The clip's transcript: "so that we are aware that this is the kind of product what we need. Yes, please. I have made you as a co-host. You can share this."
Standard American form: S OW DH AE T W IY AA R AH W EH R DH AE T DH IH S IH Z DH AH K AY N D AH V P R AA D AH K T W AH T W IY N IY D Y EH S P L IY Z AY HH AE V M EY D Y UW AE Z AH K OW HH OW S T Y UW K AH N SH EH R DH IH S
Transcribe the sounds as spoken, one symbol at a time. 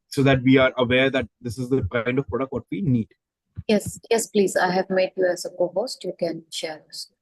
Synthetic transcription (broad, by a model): S OW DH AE T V IY AA R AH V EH R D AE T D IH S IH Z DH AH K AY N D AH V P R AA D AH K T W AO T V IY N IY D Y EH S P L IY Z AY HH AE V M EY D Y UW AE Z AH K OW HH OW S T Y UW K AH N SH EH R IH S